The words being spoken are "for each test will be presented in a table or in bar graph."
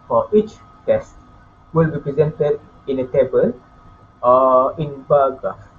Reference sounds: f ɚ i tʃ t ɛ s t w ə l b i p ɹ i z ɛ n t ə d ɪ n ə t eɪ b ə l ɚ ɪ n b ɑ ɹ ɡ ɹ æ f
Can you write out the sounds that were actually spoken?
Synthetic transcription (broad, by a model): f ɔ i tʃ t ɛ s t w ə l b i p ɹ i z ɛ n t ə d ɪ n ə t eɪ b ə l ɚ ɪ n b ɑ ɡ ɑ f